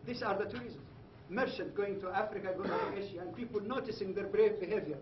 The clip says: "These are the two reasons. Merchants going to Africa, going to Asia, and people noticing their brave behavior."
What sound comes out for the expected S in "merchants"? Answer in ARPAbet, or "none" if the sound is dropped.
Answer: none